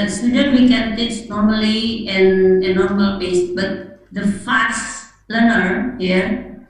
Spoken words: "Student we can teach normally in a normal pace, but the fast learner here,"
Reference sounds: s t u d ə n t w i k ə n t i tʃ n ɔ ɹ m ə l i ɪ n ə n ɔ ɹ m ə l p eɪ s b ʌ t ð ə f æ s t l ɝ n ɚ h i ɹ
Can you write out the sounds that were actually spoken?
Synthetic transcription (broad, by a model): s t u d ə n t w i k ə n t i s n ɔ ɹ m ə l i ɪ n ə n ɔ ɹ m ə l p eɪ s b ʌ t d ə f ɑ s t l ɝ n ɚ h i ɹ